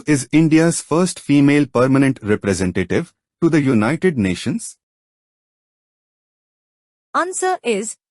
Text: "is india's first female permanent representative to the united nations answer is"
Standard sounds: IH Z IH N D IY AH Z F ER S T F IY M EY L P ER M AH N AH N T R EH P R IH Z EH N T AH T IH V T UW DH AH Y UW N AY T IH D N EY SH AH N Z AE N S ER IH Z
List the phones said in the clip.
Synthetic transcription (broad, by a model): IH Z IH N D IY AH Z F ER S T F IY M EY L P ER M AH N AH N T R EH P R IH Z EH N T AH T IH V T UW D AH Y UW N AY T IH D N EY SH AH N Z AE N S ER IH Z